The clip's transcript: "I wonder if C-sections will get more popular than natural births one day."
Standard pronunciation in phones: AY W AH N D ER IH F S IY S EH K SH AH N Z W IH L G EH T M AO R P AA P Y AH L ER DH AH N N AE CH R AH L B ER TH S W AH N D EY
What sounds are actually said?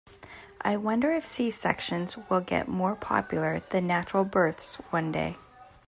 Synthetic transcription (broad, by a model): AY W AH N D ER IH F S IY S EH K SH AH N Z W IH L G EH T M AO R P AA P Y L ER DH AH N N AE CH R L B ER TH S W AH N D EY